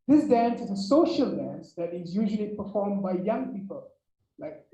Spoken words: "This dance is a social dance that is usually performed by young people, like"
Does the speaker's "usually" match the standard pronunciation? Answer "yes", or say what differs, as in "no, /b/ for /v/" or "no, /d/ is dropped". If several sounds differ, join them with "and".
yes